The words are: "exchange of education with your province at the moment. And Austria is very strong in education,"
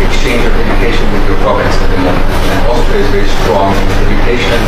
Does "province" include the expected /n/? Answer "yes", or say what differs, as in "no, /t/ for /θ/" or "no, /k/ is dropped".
no, /n/ is dropped